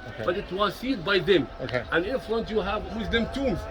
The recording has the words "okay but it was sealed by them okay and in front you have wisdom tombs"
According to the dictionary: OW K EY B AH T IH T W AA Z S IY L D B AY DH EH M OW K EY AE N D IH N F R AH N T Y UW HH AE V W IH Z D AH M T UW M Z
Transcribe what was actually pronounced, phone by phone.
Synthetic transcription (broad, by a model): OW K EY B AH T IH T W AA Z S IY D B AY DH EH M OW K EY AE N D IH N F L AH N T Y UW HH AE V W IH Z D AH M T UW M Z